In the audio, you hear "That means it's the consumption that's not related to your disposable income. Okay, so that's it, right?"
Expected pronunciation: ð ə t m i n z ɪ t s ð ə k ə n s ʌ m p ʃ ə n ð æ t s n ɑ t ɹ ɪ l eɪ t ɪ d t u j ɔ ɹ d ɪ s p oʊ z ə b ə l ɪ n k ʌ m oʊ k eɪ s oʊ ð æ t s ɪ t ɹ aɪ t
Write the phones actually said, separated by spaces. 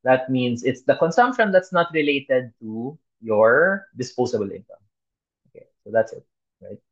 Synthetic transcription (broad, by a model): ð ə t m i n s ɪ t s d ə k ə n s ʌ m p ʃ ə n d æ t s n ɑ t ɹ ɪ l eɪ t ɪ d t u j ɔ ɹ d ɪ s p oʊ s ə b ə l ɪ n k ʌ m oʊ k eɪ s oʊ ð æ t s ɪ t ɹ aɪ t